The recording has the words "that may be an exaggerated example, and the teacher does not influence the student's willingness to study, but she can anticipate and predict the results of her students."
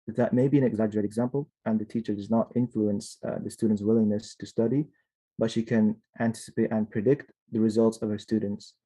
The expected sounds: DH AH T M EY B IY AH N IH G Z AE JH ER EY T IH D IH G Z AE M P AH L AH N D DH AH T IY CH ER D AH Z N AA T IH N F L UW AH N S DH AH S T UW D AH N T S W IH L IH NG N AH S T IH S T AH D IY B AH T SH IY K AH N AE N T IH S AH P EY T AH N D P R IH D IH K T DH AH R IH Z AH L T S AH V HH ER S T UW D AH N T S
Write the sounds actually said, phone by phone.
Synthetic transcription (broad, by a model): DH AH T M EY B IY AH N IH G Z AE JH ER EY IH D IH G Z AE M P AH L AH N DH AH T IY CH ER D AH Z N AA T IH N F L UW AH N S DH AH S T UW D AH N T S W IH L IH NG N AH S T IH S T AH D IY B AH T SH IY K AH N AE N T IH S AH P EY T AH N P R IH D IH K T DH AH R IH Z AH L T S AH V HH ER S T UW D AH N T S